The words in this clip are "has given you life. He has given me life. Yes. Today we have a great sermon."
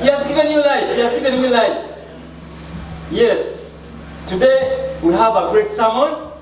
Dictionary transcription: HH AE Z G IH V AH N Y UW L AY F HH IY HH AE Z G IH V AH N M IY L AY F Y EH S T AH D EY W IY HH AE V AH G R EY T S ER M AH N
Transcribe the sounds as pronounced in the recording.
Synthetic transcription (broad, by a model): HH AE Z G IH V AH N Y UW L AY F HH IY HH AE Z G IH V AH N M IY L AY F Y EH S T AH D EY W IY HH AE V AH G R EY T S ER M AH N